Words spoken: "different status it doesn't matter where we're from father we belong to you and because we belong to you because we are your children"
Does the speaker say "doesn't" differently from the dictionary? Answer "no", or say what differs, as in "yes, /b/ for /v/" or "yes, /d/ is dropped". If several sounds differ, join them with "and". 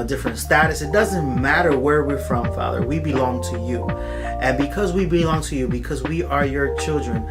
no